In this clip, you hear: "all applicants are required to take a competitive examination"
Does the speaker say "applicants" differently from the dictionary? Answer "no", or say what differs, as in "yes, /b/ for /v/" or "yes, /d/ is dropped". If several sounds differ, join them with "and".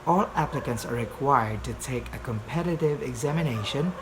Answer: no